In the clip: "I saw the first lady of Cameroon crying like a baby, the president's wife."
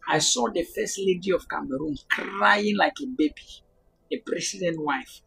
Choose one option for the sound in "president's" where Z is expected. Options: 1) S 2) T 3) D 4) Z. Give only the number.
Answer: 1